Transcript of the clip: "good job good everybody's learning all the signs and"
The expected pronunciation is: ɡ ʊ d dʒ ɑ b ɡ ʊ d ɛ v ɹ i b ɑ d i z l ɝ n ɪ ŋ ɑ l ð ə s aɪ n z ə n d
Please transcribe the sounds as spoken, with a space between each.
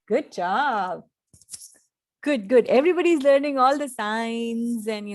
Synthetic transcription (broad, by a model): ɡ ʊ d tʃ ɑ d ɡ ʊ d ɛ v ɹ i b ɑ d i z l ɝ n ɪ ŋ ɑ l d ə s aɪ n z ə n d